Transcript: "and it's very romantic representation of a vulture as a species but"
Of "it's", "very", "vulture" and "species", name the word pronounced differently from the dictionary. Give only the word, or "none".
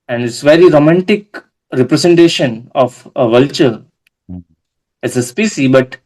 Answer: species